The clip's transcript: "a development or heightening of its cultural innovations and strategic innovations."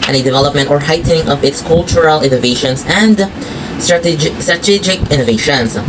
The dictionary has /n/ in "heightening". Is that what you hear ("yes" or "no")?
no